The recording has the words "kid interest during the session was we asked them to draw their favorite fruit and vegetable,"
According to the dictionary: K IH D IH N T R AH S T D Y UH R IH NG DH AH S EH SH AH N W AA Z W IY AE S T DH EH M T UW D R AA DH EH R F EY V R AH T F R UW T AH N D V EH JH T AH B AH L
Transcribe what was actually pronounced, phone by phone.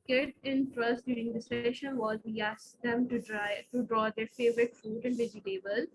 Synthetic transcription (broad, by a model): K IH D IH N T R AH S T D Y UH R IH NG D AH S EH SH AH N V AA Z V IY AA S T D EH M T UW D R AA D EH R F EY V R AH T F UW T AH N D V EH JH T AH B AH L